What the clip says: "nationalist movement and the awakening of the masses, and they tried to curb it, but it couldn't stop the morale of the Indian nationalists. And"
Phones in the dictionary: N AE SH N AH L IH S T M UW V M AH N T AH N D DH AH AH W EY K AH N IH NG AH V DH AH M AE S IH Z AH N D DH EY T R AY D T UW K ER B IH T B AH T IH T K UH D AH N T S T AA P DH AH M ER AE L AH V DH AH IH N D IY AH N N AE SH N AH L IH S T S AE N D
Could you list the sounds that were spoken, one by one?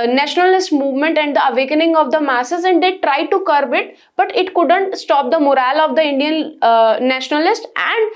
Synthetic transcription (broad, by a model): N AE SH N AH L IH S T M UW V M AH N T AH N D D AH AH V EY K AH N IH NG AH V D AH M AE S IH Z AH N D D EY T R AY D T UW K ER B IH T B AH T IH T K UH D AH N T S T AA P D AH M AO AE L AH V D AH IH N D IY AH N N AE SH N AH L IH S T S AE N D